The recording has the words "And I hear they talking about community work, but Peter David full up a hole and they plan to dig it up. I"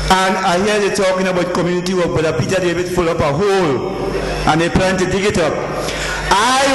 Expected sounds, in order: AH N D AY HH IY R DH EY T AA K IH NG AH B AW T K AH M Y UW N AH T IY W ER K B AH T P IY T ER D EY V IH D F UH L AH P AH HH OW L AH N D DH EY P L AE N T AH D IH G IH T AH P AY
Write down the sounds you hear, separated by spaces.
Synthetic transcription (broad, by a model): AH N AY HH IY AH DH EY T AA K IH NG AH B AW T K AH M Y UW N AH T IY W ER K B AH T P IY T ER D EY B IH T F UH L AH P AH HH OW L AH N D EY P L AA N T AH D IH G IH T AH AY